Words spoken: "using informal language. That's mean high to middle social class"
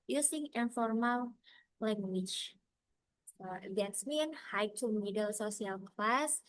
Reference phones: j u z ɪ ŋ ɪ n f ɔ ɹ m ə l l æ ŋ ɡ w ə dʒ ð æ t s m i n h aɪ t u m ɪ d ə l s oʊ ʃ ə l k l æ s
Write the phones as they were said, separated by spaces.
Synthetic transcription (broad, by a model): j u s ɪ ŋ ɪ n f ɔ ɹ m ə l l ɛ ŋ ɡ w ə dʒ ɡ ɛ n s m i n h aɪ t u m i d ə l s oʊ s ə l k l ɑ s